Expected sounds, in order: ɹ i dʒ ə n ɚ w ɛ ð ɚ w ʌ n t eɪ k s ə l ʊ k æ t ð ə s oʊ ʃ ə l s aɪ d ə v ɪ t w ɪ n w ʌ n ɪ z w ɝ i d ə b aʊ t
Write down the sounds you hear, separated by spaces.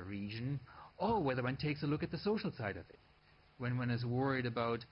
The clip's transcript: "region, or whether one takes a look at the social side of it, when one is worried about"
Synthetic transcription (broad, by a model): ɹ i dʒ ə n ɚ w ɛ ð ɚ w ʌ n t eɪ k s ə l ʊ k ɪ t ð ə s oʊ ʃ l s aɪ d ə v ɪ t w ɪ n w ʌ n ɪ z w ɝ i d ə b aʊ t